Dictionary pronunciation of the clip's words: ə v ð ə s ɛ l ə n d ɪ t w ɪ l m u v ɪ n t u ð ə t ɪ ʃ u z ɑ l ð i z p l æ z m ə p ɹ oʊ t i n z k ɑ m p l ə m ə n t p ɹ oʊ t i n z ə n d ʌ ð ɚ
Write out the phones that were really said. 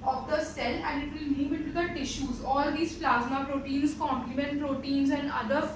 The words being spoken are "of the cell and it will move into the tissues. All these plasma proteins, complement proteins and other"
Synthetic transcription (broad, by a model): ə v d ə s ɛ l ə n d ɪ t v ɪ l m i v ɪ t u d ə t ɪ ʃ u z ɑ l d i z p l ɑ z m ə p ɹ oʊ t i n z k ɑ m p l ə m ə n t p ɹ oʊ t i n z ə n d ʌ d ɚ